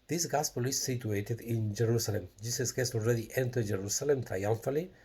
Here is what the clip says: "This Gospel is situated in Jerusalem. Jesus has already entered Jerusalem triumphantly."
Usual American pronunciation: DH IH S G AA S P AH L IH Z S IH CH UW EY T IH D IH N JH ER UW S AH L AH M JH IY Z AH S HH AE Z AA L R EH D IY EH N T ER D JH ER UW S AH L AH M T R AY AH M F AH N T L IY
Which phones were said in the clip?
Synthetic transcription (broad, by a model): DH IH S G AA S P AH L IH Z S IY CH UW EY T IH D IH N JH ER UW S AH L AH M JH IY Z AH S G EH S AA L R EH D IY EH N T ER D JH ER UW S AH L AH M T R AY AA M F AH L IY